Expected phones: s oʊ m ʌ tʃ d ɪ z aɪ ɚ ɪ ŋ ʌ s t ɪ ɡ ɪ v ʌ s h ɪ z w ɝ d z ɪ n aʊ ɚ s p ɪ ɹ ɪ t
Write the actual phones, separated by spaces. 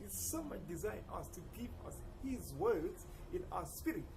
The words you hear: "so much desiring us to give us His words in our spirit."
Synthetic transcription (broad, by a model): s oʊ m ʌ tʃ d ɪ z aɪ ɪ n ʌ s t ɪ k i p ʌ s h ɪ z w ɝ d z ɪ n aʊ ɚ s p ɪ ɹ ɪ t